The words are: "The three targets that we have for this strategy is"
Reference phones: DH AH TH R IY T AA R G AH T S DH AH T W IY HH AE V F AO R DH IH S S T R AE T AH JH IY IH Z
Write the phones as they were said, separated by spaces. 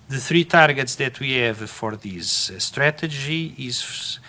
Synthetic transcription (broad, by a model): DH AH TH R IY T AA R G AH T S DH AH T W IY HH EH V F AO R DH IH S S T R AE T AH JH IY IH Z